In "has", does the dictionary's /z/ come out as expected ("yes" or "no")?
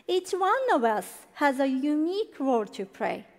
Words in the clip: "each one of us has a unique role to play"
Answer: yes